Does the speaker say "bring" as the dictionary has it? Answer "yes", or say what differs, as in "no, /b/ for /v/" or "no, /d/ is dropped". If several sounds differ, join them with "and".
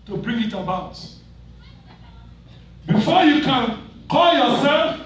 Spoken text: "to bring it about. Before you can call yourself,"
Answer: yes